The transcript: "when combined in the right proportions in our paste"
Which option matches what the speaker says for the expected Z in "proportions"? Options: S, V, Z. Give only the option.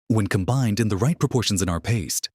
Z